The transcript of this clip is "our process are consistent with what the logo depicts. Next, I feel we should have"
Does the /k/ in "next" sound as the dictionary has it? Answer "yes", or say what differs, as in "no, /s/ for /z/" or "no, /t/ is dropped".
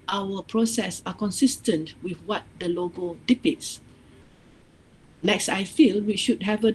yes